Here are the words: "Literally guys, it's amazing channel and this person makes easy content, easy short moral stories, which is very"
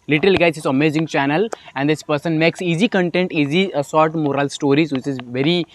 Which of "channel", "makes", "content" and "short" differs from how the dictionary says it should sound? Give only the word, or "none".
short